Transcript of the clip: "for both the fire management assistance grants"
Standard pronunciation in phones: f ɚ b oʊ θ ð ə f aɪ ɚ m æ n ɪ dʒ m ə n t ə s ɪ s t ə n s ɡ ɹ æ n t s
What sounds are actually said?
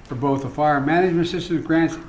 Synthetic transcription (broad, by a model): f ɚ b oʊ θ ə f aɪ ɚ m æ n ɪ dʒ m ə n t s ɪ s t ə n ɡ ɹ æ n t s